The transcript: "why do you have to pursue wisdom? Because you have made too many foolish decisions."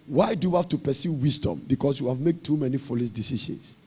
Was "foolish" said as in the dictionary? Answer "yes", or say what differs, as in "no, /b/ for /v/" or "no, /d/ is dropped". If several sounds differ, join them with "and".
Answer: no, /s/ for /ʃ/